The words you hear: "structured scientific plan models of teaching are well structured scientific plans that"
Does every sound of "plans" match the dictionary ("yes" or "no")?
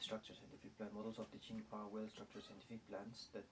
no